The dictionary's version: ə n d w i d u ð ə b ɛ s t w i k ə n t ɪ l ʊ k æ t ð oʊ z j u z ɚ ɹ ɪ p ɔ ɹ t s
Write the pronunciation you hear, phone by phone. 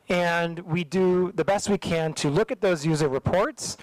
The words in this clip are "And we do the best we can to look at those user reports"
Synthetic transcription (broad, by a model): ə n w i d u ð ə b ɛ s t w i k ə n t ɪ l ʊ k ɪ t ð oʊ z j u z ɚ ɹ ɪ p ɔ ɹ t s